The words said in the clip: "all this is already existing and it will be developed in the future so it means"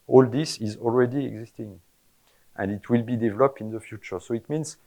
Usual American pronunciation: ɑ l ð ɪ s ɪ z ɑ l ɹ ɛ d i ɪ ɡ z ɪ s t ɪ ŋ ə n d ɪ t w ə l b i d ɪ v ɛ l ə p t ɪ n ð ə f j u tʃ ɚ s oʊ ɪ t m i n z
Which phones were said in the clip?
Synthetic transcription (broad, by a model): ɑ l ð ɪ s ɪ z ɑ l ɹ ɛ d i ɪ ɡ z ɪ s t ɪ ŋ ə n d ɪ t w ə l b i d ɪ v ɛ l ə p t ɪ n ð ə f j u tʃ ɚ s oʊ ɪ t m i n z